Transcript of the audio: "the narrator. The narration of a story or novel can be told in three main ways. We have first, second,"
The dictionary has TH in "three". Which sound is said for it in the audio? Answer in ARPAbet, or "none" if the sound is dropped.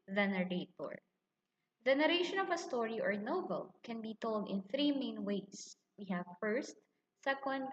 TH